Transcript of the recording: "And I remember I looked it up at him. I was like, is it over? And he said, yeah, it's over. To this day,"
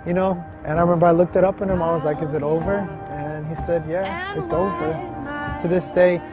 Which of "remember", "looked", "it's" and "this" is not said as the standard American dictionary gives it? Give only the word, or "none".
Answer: none